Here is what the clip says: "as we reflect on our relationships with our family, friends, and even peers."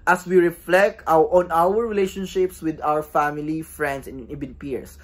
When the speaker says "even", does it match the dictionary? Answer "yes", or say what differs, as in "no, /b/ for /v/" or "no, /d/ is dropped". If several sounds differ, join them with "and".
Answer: no, /b/ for /v/